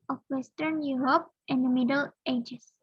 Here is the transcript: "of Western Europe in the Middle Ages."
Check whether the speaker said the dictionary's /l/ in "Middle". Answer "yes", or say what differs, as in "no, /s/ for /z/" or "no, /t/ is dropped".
yes